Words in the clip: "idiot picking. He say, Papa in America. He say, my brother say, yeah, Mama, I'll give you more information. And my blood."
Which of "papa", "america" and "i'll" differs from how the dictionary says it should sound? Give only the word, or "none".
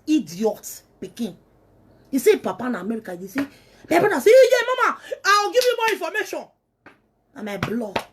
i'll